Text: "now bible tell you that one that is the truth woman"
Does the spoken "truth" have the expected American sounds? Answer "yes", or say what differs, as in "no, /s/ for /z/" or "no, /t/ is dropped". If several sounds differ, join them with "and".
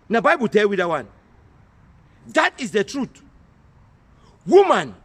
no, /t/ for /θ/